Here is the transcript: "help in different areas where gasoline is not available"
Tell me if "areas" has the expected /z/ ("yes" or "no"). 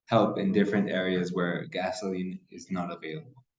yes